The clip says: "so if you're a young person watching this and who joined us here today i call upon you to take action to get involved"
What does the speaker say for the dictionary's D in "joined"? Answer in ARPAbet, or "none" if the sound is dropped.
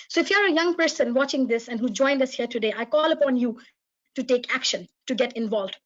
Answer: D